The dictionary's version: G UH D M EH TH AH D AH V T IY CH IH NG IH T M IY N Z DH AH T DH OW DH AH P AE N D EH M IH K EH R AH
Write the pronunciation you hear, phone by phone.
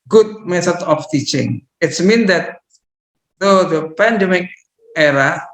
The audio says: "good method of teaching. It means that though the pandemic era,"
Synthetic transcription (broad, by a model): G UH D M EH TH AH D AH F T IY CH IH NG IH T M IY N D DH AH T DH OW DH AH P AE N D EH M IH K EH R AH